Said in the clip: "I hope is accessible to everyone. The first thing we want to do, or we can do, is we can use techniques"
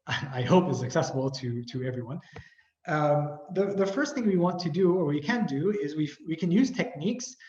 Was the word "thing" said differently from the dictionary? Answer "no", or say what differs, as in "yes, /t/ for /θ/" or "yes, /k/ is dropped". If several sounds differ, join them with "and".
no